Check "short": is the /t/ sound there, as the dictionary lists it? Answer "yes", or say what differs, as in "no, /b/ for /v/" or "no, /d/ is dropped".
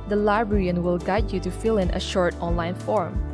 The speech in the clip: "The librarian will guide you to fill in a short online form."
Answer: yes